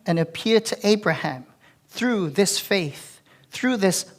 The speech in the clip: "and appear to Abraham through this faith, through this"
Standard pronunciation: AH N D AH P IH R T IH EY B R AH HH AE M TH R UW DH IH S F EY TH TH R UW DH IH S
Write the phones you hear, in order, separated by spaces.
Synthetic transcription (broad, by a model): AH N AH P IH R T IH EY B R AH HH AE M TH R UW DH IH S F EY TH TH R UW DH IH S